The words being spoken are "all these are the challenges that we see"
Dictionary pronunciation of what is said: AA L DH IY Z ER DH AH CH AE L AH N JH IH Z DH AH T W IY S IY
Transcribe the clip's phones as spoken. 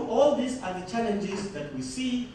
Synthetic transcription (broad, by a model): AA L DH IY S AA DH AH CH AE L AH N JH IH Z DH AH T W IY S IY